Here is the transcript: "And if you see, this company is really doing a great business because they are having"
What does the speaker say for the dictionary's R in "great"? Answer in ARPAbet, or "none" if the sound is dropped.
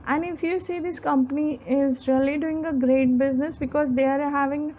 R